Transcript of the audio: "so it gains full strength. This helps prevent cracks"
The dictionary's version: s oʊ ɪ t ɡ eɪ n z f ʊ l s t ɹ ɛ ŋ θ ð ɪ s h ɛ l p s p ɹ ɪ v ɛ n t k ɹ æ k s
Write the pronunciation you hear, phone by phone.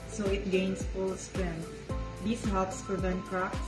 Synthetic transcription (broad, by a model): s oʊ ɪ t ɡ eɪ n s f ʊ l s t ɹ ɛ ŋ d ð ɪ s h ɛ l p s f ɹ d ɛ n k ɹ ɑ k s